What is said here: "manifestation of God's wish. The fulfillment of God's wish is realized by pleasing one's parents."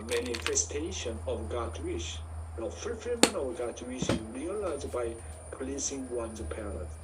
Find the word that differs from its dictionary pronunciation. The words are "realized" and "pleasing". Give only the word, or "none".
pleasing